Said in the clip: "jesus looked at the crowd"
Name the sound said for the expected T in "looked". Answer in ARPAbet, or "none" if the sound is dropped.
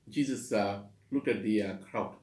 none